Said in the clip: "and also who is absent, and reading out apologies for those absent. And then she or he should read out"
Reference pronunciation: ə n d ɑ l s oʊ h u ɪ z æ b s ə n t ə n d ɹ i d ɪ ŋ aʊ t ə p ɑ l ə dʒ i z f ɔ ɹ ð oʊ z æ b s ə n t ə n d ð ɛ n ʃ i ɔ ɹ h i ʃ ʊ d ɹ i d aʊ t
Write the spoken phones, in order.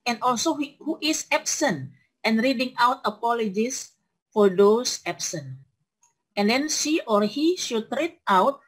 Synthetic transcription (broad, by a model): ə n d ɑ l s oʊ h u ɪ s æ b s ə n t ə n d ɹ i d ɪ ŋ aʊ t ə p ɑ l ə dʒ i s f ɔ ɹ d oʊ s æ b s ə n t ə n d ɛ n ʃ i ɔ ɹ h i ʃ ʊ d ɹ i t aʊ t